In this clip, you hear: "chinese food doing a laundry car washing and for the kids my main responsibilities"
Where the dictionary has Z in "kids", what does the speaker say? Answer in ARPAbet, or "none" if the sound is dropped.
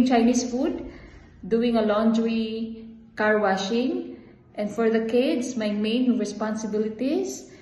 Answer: S